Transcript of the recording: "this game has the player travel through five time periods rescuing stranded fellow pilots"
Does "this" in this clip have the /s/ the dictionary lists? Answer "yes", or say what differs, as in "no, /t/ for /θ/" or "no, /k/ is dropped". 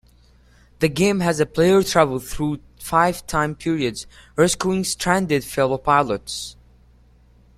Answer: no, /s/ is dropped